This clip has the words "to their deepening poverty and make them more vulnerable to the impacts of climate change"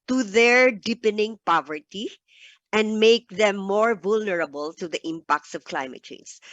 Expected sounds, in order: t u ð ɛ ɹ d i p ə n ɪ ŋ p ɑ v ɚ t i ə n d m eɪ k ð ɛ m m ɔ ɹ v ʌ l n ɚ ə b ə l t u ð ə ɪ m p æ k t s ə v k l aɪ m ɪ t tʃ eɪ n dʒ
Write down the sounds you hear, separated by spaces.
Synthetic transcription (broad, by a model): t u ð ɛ ɹ d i p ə n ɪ ŋ p ɑ v ɚ t i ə n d m eɪ k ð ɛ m m ɔ ɹ v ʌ l n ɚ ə b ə l t u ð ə ɪ m p æ k t s ə v k l aɪ m ɪ t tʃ eɪ n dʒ